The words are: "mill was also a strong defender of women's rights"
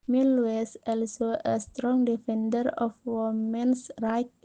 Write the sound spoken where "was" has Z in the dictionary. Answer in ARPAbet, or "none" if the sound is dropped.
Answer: S